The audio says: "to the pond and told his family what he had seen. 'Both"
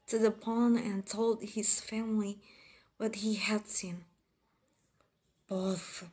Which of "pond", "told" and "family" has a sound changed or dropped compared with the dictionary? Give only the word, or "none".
pond